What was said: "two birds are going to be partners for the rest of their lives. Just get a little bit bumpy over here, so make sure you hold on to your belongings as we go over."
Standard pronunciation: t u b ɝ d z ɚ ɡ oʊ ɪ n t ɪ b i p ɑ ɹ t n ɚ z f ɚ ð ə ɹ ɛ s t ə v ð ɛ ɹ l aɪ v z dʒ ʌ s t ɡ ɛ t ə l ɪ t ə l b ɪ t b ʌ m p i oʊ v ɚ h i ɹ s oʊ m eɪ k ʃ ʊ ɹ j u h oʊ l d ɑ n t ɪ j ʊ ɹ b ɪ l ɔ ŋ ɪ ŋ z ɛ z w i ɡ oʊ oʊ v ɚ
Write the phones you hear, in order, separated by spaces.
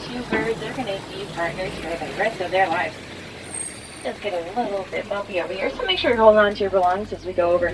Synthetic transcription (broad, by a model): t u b ɝ d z ɚ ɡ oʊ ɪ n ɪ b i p ɑ ɹ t n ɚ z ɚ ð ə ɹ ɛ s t ə v ð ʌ ɹ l aɪ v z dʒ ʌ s ɡ ɛ t ə l ɪ t l b ɪ t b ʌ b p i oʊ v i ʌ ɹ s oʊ m eɪ k ʃ ʊ ɹ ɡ oʊ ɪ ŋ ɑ n t ɪ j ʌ ɹ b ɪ l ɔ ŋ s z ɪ z w i ɡ oʊ oʊ v ɚ